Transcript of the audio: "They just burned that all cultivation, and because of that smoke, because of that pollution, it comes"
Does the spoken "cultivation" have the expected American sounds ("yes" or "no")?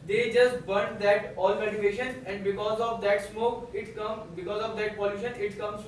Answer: no